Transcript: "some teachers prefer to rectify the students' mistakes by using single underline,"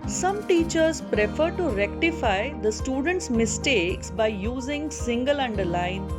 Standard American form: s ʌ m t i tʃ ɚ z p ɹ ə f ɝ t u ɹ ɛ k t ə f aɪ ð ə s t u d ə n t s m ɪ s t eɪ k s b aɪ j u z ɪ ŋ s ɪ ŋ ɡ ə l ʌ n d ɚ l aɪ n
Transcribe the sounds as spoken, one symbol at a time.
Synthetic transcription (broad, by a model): s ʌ m t i tʃ ɚ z p ɹ ə f ɝ t u ɹ ɛ k t ə f aɪ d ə s t u d ə n t s m ɪ s t eɪ k s b aɪ j u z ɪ ŋ s ɪ ŋ ɡ ə l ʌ n d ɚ l aɪ n